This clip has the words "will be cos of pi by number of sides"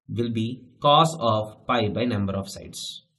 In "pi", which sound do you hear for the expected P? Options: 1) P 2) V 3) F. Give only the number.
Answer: 1